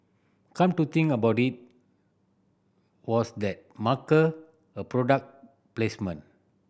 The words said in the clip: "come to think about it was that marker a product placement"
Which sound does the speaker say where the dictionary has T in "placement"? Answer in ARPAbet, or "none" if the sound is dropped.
none